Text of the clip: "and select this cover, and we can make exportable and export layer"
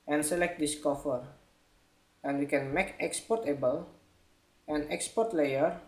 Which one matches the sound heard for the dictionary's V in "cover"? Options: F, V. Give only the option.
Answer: F